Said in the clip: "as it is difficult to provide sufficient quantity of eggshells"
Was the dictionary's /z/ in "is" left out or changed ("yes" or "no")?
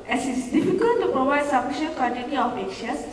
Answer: yes